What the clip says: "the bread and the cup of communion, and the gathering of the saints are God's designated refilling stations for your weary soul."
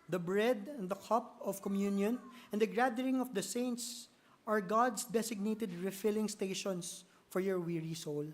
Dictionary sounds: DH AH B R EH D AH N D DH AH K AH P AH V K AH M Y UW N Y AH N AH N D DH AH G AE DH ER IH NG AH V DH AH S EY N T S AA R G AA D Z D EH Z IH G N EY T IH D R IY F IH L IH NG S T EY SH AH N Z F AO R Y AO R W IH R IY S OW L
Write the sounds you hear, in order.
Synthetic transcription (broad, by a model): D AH B R EH D AH N D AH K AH P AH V K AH M Y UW N Y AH N AH N D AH G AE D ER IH NG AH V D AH S EY N T S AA R G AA D S D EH S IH G N EY T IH D R IY F IH L IH NG S T EY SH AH N S F AO R Y AO R W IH R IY S OW L